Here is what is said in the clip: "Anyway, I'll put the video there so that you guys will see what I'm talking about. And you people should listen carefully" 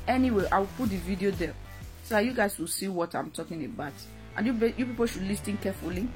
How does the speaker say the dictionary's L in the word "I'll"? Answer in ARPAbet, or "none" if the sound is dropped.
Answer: W